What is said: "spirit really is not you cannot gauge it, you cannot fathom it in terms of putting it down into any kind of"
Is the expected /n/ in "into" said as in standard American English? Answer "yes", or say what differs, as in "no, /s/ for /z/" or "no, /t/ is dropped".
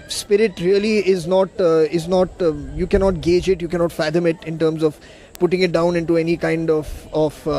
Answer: yes